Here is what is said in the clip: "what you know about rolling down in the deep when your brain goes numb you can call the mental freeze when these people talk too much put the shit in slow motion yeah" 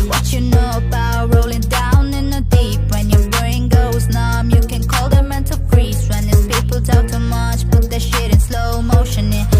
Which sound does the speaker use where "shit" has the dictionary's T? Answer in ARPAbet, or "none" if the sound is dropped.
T